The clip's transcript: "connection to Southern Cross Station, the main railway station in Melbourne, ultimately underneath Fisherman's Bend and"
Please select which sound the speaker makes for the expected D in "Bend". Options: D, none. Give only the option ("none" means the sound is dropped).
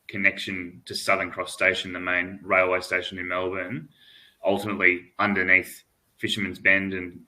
D